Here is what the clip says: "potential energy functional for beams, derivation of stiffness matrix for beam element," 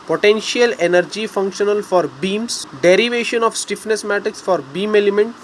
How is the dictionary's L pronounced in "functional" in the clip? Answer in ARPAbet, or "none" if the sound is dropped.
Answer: L